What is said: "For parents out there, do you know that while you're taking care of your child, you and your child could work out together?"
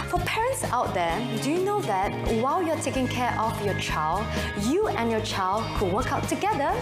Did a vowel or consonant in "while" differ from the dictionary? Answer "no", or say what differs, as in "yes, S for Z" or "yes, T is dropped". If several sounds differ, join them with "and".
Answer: no